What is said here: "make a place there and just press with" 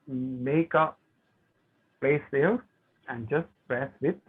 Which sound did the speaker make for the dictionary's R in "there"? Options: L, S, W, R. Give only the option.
L